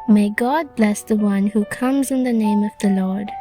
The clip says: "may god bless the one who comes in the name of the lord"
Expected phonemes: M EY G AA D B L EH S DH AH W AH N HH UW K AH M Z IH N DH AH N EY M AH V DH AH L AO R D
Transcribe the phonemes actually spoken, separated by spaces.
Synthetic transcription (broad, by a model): M EY G AA D B L EH S DH AH W AH N HH UW K AH M Z IH N DH AH N EY M AH V DH AH L AO R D